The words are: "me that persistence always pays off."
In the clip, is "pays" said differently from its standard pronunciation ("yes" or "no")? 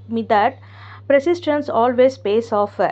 yes